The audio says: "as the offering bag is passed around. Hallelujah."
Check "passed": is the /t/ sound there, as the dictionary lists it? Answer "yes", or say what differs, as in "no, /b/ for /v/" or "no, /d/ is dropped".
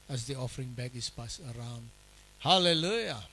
no, /t/ is dropped